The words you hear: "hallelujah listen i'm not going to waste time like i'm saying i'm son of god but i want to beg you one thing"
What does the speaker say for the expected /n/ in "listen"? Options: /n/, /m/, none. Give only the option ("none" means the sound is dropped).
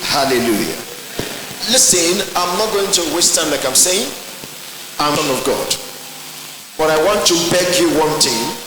/n/